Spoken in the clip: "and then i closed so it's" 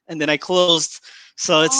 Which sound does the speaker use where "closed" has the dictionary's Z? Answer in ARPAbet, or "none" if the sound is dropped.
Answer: Z